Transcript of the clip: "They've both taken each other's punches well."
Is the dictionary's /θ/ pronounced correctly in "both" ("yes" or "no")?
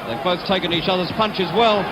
yes